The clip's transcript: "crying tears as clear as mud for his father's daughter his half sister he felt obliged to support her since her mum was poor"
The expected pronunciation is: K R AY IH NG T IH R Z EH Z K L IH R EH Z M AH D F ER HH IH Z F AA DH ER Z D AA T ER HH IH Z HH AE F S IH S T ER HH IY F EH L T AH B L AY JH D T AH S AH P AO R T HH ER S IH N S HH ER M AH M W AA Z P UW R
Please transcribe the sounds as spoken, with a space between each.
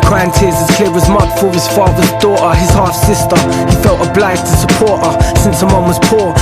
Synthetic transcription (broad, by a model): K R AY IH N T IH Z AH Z K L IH W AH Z M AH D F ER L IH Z F AA DH ER Z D AA T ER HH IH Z HH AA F S IH S T ER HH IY F EH L T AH B L AY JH T AH S AH P AO R T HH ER S IH N S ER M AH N W AA Z P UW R